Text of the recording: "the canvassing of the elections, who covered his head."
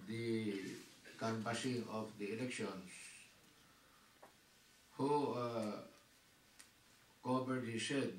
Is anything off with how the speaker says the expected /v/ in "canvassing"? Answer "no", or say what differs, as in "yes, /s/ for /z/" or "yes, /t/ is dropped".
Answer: yes, /p/ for /v/